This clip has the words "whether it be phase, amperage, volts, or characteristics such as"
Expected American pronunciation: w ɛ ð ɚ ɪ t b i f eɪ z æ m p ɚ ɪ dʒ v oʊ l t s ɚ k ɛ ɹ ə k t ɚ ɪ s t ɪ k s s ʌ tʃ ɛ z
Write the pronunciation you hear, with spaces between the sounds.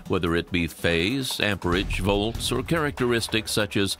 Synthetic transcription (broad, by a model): w ɛ ð ɚ ɪ t b i f eɪ z æ m p ɚ ɪ dʒ v oʊ l t s ɚ k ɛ ɹ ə k t ɚ ɪ s t ɪ k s s ʌ tʃ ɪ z